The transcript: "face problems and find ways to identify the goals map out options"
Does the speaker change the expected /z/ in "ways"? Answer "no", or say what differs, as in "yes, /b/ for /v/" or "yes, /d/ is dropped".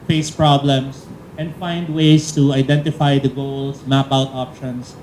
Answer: yes, /s/ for /z/